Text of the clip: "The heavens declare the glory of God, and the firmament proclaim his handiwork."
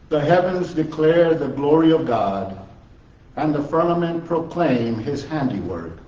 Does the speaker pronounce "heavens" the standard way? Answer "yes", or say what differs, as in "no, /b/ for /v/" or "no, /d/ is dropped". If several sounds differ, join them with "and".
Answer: yes